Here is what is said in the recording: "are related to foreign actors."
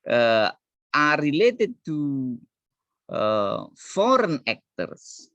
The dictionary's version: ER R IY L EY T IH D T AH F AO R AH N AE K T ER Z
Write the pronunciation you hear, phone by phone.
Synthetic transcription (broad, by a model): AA R IY L EY T IH D T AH F AO R AH N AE K T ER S